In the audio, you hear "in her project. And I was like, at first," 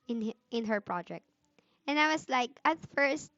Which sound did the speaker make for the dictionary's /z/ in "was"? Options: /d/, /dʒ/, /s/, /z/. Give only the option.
/s/